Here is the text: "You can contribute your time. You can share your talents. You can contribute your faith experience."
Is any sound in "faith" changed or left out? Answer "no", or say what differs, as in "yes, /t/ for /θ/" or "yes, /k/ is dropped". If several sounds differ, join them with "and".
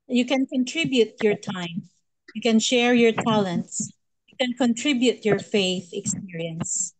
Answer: no